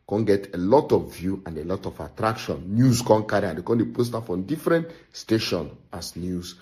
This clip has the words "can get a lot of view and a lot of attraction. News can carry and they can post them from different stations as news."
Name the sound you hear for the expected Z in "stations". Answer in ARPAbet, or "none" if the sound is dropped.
none